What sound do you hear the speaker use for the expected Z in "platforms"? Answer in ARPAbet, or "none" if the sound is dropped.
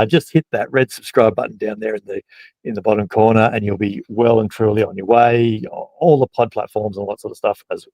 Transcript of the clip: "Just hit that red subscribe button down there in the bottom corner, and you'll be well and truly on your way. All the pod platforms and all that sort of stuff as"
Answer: Z